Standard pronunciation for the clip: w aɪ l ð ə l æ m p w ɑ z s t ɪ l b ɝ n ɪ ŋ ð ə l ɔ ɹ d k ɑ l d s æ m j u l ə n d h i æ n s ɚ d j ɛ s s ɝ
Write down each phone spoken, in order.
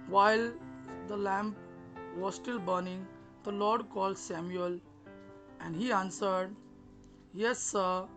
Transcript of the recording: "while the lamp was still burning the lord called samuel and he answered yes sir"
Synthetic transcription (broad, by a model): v aɪ l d ə l æ m p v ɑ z s t ɪ l b ɝ n ɪ ŋ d ə l ɔ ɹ d k ɑ l d s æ m j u l ə n d h i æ n s ɚ d j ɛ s s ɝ